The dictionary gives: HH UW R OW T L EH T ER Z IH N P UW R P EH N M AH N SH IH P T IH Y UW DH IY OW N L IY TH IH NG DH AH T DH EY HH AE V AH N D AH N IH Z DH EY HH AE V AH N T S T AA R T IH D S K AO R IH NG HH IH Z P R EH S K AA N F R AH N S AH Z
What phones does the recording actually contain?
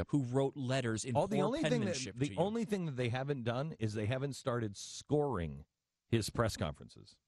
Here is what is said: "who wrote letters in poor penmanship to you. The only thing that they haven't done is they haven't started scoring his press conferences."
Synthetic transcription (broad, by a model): HH UW R OW T L EH T ER Z IH N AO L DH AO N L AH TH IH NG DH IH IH DH IY OW N L IY TH IH NG DH AH T DH EY HH AE V AH N D AH N IH Z DH EY HH AE V AH N T S T AA R T IH D S K AO R IH NG HH IH Z P R EH S K AA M F R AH N S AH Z